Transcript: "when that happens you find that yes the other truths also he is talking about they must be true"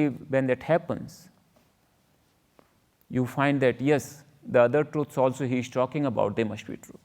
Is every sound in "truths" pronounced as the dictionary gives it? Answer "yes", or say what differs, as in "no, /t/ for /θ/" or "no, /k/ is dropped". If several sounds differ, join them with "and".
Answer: no, /t/ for /θ/